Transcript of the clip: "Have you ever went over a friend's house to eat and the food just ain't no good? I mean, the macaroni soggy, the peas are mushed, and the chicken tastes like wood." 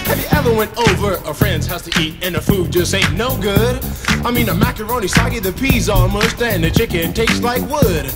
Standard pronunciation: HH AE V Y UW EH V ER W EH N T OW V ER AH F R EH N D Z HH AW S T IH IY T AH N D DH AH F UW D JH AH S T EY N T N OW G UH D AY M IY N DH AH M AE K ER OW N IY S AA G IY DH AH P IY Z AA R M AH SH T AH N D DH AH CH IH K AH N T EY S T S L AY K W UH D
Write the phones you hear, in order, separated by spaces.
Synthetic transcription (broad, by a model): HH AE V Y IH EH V ER W EH N T OW V ER AH F R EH N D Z HH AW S T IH IY T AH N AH F UW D JH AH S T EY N N OW G UH D AY M IY N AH M AE K ER OW N IY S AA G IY DH AH P IY Z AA L M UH S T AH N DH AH CH IH K AH N T EY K S L AY K W UH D